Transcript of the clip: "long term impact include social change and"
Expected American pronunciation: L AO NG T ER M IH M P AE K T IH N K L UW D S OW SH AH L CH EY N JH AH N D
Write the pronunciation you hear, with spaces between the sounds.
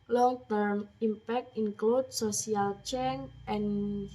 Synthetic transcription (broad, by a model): L AO NG T ER M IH M P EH K T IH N K L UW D S OW S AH L CH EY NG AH N